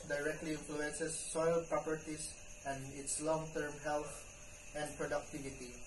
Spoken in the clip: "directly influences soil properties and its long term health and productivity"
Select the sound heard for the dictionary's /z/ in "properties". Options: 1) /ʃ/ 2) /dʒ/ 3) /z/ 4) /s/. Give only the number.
4